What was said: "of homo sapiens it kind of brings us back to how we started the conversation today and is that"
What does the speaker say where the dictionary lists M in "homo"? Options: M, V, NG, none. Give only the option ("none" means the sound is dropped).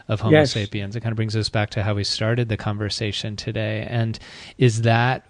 none